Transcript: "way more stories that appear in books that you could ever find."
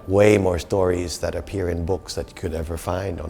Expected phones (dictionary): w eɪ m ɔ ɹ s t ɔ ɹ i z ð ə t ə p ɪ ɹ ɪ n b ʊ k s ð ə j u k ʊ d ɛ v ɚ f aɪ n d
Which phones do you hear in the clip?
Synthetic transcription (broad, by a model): w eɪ m ɔ ɹ s t ɔ ɹ i z ð ə t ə p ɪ ɹ ɪ n b ʊ k s ð ə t k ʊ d ɛ v ɚ f aɪ n d